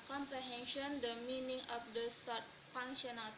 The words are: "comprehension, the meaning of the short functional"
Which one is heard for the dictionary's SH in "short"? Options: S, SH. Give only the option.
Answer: S